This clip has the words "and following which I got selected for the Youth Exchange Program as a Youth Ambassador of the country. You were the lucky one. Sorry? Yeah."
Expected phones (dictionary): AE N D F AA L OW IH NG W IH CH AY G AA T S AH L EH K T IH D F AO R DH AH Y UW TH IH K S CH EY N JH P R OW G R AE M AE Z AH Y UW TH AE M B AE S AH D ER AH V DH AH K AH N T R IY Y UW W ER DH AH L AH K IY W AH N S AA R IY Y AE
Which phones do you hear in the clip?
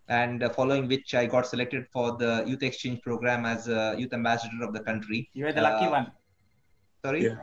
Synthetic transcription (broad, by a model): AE N D F AA L OW IH NG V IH CH AY G AA T S AH L EH K T IH D F AO R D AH Y UW T IH K S CH EY N JH P R OW G R AE M AE Z AH Y UW T AE M B AE S AH D ER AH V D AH K AH N T R IY Y UW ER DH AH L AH IY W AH N S AA R IY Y